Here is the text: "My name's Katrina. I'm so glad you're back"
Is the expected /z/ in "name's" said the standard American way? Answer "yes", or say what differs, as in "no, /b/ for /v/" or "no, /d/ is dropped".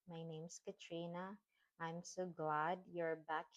no, /s/ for /z/